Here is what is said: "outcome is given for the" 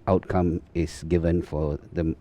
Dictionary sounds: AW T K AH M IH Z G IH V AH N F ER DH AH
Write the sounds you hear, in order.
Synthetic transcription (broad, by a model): AW T K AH M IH S G IH V AH N F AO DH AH